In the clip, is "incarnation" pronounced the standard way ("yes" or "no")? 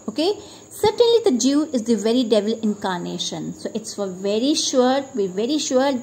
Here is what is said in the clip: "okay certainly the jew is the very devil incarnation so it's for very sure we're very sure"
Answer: yes